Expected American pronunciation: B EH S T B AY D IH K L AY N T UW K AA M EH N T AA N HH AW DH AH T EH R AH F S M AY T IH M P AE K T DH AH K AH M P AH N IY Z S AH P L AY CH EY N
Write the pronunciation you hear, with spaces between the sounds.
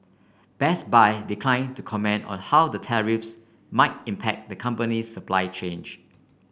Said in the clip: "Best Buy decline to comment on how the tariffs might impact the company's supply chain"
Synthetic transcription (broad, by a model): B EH S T B AY D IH K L AY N T UW K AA M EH N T AA N HH AW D AH T EH R AH F S M AY T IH M P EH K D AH K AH M P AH N IY S AH P L AY CH EY N